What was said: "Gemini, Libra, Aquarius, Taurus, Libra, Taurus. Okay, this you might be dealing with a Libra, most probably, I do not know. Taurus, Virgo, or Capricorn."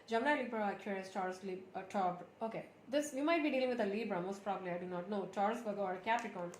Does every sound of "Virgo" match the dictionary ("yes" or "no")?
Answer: no